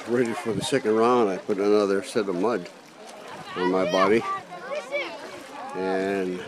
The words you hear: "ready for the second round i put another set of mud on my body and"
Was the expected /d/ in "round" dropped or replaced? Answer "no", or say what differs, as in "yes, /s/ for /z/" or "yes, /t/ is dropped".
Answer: yes, /d/ is dropped